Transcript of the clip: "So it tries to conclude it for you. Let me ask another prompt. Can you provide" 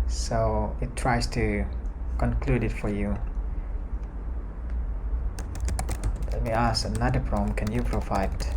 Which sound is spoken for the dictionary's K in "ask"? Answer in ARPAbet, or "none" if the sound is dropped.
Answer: none